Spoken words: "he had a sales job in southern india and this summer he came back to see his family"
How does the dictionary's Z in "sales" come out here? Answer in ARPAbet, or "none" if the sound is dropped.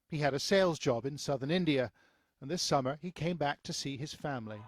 Z